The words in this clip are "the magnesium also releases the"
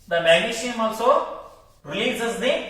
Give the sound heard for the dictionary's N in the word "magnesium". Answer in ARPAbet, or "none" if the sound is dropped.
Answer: none